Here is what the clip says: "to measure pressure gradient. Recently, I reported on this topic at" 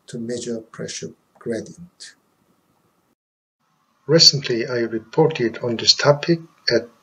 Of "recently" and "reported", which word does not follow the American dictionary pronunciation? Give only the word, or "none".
none